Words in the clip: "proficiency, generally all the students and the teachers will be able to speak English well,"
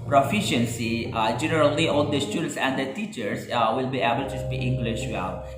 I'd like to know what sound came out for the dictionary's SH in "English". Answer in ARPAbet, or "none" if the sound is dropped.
SH